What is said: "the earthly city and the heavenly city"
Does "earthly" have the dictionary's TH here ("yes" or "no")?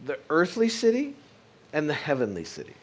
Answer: yes